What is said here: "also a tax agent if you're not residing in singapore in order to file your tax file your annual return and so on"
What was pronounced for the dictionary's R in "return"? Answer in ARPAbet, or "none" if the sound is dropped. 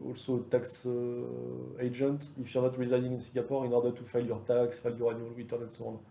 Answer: W